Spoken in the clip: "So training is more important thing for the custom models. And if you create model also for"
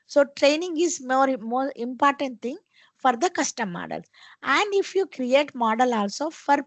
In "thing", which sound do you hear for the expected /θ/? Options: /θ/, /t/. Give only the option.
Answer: /t/